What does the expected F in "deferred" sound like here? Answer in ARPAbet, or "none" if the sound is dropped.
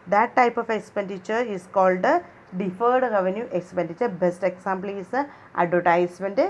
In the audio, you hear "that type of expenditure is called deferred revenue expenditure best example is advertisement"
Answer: F